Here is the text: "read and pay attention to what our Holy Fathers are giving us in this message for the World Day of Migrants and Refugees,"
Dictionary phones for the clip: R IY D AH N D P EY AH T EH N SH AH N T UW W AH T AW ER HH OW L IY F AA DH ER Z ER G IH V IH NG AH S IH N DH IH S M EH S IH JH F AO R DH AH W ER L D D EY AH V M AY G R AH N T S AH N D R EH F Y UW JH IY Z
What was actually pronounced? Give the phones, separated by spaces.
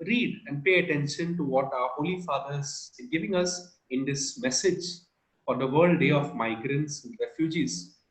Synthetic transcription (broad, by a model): R IY D AH N D P EY AH T EH N SH AH N T UW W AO T AW ER HH OW L IY F AA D ER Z G IH V IH NG AH S IH N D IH S M EH S IH JH F AO R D AH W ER L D D EY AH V M AY G R AH N T S AH N D R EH F Y UW JH IY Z